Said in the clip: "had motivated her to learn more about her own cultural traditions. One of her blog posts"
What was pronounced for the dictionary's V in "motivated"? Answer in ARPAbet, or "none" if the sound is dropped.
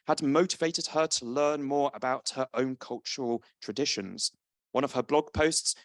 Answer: V